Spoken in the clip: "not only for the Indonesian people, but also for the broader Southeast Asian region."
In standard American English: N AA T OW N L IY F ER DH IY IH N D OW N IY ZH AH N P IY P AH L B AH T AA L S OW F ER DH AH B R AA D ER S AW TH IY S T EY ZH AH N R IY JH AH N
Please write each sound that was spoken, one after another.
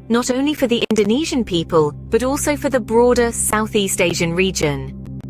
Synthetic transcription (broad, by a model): N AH T OW N L IY F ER DH IY IH N D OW N IY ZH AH N P IY P AH L B AH T AA L S OW F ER DH AH B R AA D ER S AW TH IY S T EY ZH AH N R IY JH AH N